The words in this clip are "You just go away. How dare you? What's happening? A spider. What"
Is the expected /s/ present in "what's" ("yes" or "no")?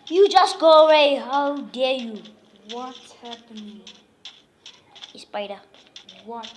no